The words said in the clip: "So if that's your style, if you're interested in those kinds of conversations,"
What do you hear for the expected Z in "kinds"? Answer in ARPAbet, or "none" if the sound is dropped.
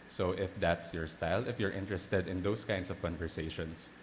S